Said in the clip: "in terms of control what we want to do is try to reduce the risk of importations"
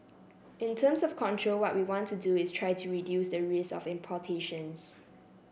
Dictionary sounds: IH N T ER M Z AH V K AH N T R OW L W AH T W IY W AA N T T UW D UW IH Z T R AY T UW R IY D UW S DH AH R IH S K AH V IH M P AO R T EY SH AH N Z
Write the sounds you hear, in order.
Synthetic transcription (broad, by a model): IH N T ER M S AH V K AH N T R OW L W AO T W IY W AA N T T UW D UW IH S T R AY T UW R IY D UW S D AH R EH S AH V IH M P AO T EY SH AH N S